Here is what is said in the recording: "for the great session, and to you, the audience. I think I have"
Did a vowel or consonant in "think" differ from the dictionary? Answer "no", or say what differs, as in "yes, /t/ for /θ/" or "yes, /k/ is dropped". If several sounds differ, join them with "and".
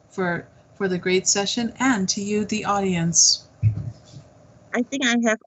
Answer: no